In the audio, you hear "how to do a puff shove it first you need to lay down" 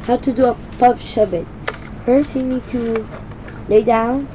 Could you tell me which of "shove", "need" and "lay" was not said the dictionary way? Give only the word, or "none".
shove